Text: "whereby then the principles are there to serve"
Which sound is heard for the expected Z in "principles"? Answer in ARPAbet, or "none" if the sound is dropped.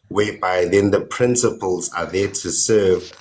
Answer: Z